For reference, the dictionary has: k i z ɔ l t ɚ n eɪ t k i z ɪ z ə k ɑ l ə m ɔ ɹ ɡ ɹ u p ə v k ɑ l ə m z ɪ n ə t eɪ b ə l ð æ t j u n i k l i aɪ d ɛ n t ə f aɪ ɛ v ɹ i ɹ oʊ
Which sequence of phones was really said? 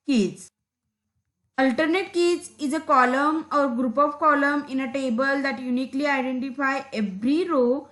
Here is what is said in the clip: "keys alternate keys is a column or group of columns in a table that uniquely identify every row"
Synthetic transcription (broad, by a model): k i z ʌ l t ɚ n eɪ t k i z ɪ z ə k ɑ l ə m ɔ ɹ ɡ ɹ u p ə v k ɑ l ə m ɪ n ə t eɪ b ə l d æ t j u n i k l i aɪ d ɛ n t ə f aɪ ɛ v ɹ i ɹ oʊ